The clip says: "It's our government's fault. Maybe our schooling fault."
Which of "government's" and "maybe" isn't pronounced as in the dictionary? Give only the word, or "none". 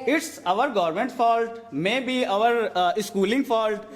government's